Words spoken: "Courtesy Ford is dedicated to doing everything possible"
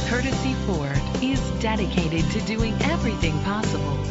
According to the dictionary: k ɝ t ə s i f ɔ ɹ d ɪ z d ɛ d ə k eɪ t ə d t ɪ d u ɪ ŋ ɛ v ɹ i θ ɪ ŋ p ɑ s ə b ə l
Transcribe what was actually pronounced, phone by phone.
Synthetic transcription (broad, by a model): k ɝ t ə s i f ɔ ɹ d ɪ z d ɛ d ə k eɪ t ə d t ɪ d u ɪ ŋ ɛ v ɹ i θ ɪ ŋ p ɑ s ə b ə l